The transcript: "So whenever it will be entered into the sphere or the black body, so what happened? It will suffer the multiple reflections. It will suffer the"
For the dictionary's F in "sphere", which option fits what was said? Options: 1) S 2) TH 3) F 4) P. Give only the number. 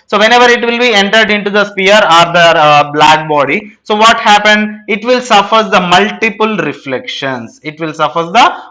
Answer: 4